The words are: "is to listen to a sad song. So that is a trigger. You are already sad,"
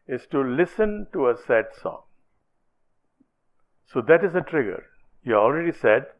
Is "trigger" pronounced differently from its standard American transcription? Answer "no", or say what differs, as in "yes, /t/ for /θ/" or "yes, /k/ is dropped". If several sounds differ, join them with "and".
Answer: no